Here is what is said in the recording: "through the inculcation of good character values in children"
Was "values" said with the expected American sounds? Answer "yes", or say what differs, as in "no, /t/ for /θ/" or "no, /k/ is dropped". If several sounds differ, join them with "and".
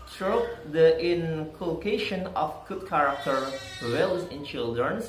no, /w/ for /v/